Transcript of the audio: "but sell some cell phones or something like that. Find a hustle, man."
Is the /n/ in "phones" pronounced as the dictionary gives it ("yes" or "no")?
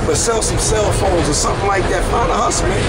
no